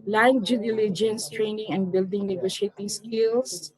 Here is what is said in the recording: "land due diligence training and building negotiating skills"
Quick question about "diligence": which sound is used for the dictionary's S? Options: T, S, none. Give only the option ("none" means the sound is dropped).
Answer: S